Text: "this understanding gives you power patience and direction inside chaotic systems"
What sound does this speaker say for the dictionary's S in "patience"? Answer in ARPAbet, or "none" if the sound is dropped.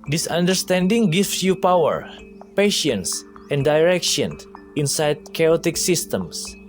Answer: S